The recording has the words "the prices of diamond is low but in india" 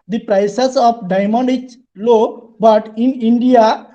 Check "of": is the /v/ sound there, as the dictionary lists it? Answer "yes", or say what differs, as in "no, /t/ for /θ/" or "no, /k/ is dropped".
no, /p/ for /v/